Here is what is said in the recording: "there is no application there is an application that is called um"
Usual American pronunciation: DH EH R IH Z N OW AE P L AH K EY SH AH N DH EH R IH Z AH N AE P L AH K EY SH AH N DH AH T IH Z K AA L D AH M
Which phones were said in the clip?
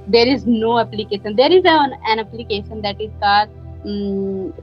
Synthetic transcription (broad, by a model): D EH R IH Z N OW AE P L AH K EY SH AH N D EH R IH Z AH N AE P L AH K EY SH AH N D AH T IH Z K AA D